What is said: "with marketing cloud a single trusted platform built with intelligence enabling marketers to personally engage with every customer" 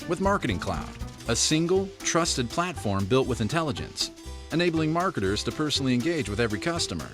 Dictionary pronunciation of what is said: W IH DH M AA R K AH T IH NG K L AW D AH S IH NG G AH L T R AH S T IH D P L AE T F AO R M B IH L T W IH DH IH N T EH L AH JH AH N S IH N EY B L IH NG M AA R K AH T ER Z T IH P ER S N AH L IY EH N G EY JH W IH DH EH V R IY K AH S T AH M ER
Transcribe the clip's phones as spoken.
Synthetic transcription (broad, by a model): W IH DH M AA R K AH T IH NG K L AW D AH S IH NG G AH L T R AH S T IH D P L AE T F AO R M B IH L T W IH DH IH N T EH L AH JH AH N S IH N EY B L IH NG M AA R K AH T ER Z T IH P ER S N L IY EH N G EY JH W IH DH EH V R IY K AH S T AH M ER